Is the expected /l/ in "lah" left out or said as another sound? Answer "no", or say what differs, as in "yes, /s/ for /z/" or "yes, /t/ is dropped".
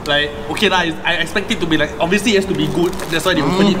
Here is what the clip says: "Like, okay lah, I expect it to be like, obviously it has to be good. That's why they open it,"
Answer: yes, /n/ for /l/